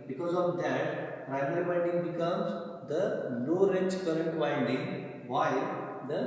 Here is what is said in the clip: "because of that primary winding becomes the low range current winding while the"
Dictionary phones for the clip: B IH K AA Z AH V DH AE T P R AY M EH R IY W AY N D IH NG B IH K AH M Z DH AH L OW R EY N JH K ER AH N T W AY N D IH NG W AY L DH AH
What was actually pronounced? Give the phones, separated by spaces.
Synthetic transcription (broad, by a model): B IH K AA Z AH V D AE T P R AY M EH R IY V AY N D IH NG B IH K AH M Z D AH N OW R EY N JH K ER AH N T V AY N D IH NG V AY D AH